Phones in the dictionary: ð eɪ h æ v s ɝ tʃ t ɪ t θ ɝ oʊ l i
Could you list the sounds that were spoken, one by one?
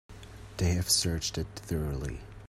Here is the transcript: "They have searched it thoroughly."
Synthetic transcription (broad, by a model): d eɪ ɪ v s ɝ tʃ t ɪ t θ ɝ oʊ l i